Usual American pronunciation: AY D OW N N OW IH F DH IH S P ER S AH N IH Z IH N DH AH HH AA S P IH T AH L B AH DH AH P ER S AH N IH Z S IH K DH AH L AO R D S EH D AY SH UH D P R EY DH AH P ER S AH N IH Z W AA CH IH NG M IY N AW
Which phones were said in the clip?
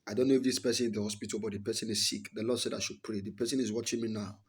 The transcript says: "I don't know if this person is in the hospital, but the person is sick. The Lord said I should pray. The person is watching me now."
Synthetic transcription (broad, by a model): AY D OW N N OW IH F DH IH S P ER S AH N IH IH N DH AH HH AA S P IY T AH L B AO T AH P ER S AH N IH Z S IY K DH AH L AO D S EH D AY SH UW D P R EY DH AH P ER S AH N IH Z W AA CH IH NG M IY N AW